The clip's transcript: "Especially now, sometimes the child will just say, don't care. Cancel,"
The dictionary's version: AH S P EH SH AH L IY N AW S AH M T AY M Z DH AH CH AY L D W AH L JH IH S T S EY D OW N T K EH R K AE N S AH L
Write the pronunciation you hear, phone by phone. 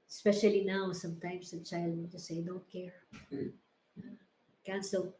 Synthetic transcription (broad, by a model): S P EH SH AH L IY N AW S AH M T AY M S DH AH CH AY L D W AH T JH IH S S EY D OW N T K EH R K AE N S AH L